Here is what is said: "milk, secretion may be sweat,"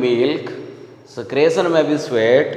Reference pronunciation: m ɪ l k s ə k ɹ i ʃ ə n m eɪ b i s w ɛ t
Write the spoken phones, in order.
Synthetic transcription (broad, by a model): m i l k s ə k ɹ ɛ s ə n m eɪ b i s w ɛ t